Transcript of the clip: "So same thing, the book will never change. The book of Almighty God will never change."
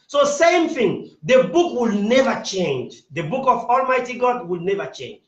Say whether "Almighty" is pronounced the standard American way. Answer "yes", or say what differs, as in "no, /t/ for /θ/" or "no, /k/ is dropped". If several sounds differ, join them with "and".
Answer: yes